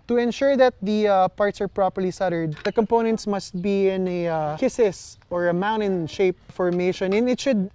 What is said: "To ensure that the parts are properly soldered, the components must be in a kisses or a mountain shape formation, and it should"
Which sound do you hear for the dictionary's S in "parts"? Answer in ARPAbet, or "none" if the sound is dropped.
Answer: S